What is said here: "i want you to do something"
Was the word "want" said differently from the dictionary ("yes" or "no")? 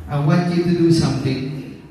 yes